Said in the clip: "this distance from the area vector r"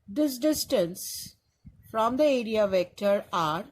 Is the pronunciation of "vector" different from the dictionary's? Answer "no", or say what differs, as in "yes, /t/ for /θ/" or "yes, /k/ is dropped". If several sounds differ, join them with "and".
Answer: no